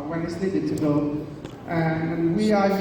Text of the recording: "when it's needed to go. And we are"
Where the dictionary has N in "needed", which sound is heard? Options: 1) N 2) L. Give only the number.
2